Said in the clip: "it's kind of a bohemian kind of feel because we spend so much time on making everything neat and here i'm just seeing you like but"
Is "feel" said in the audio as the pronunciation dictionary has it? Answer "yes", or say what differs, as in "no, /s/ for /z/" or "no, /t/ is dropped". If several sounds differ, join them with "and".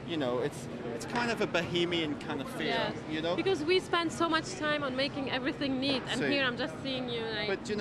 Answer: no, /n/ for /l/